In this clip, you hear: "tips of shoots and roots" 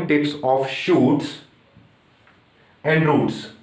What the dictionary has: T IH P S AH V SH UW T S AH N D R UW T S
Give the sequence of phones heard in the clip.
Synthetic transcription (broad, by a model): T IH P S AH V SH UW T S AH N D R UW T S